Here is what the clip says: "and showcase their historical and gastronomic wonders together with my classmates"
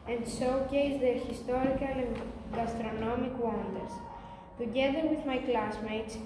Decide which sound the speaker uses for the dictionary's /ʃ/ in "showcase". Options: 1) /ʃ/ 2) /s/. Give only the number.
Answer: 2